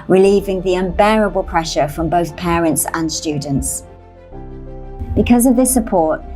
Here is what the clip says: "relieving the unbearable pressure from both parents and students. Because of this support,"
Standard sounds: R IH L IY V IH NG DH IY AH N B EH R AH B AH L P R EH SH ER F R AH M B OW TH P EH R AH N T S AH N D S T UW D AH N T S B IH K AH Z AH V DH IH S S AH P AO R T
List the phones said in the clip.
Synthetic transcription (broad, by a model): R IH L IY V IH NG DH IY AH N B EH R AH B AH L P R EH SH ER F R AH M B OW TH P EH R AH N T S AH N S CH UW D N T S B IH K AH Z AH V DH IH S S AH P AO T